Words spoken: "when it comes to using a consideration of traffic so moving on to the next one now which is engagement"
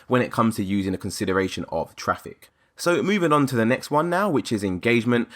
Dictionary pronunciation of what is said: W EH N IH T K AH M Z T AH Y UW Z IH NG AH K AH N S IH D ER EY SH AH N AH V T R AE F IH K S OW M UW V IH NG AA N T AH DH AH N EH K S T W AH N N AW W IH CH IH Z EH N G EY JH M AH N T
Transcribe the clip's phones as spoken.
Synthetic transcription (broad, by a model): W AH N IH T K AH M Z T AH Y UW Z IH NG AH K AH N S IH D ER EY SH AH N AH V T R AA F IH K S OW M UW V IH NG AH N T AH DH AH N EH K S T W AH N N AW W IH CH IH Z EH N G EY JH M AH N T